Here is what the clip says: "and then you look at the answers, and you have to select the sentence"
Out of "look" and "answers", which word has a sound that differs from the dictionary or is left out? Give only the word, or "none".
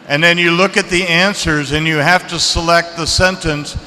none